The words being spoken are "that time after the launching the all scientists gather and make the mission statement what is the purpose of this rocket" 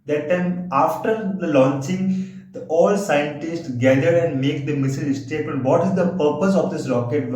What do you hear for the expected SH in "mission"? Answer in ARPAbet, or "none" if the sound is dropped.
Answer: S